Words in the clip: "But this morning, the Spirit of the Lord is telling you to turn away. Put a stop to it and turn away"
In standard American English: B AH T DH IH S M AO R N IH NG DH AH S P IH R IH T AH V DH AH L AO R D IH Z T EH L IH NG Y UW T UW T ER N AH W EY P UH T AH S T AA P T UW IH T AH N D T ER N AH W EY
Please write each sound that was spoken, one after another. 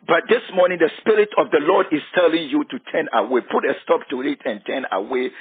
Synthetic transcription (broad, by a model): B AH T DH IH S M AO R N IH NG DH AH S P IH R IH T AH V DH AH L AO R D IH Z T EH L IH NG Y UW T UW T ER N AH W EY P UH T AH S T AA P T UW IH T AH N T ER N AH W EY